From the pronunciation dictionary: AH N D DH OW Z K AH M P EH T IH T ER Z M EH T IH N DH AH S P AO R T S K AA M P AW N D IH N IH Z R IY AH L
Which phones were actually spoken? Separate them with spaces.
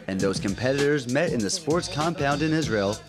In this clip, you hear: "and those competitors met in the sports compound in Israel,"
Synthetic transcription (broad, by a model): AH N DH OW Z K AH M P EH T IH T ER Z M EH T IH N DH AH S P AO R T S K AA M P AW N D IH N IH Z R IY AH L